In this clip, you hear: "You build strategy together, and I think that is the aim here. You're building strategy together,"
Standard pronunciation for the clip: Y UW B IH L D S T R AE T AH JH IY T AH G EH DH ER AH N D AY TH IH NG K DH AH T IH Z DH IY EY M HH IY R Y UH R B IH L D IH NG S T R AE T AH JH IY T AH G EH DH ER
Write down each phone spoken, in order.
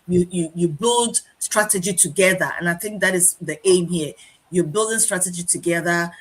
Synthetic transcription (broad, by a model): Y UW B IH L D S T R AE T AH JH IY T AH G EH DH ER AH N AY TH IH NG K DH AH T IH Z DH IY EY M HH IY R Y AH B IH L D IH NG S T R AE T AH JH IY T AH G EH DH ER